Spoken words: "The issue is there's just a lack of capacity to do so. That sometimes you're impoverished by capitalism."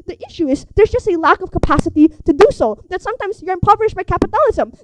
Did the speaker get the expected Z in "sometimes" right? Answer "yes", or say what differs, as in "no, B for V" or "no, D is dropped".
yes